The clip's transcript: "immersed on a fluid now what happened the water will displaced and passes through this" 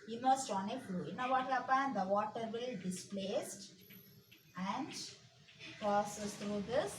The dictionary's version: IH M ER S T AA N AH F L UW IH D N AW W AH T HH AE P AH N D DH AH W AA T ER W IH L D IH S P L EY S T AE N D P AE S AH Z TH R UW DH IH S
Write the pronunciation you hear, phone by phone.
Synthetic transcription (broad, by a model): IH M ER S T AA N AH F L UW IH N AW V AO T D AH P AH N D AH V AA T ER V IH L D IH S P L EY S T AE N D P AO S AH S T R UW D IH S